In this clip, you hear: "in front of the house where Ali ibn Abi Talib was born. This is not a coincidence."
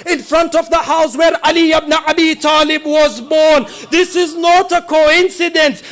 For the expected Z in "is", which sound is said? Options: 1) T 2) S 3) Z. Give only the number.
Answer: 3